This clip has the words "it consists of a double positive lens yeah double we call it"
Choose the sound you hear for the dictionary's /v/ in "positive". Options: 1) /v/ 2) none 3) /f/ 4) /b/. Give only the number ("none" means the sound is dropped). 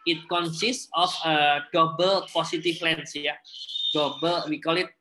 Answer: 3